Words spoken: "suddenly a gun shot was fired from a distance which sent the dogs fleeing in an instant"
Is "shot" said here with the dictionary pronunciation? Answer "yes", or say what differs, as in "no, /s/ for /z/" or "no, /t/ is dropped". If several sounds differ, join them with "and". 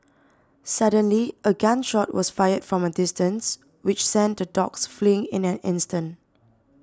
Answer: yes